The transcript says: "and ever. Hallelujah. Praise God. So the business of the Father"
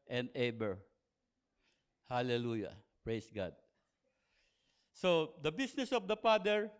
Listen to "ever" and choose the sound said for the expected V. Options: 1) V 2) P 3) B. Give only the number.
3